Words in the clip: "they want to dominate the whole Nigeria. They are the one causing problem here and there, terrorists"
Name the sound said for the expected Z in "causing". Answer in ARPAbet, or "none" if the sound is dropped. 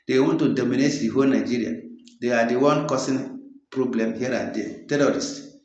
S